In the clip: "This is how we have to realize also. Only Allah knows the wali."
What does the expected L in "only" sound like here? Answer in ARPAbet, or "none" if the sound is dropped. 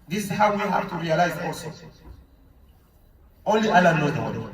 L